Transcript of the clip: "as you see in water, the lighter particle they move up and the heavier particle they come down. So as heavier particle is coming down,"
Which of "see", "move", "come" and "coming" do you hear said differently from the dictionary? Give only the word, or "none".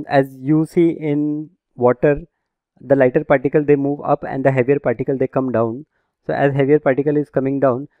none